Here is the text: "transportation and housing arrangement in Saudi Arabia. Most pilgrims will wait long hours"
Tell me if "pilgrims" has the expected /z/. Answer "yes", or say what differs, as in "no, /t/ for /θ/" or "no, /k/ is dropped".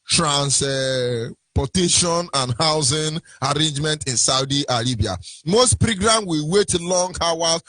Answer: no, /z/ is dropped